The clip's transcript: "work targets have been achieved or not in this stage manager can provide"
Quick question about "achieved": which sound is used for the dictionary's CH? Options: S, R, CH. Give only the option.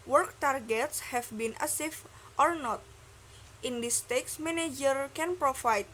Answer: S